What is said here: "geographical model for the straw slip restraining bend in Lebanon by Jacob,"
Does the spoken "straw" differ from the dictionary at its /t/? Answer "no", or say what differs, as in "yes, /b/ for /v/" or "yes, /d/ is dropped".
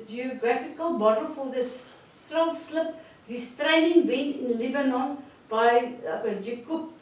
yes, /s/ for /t/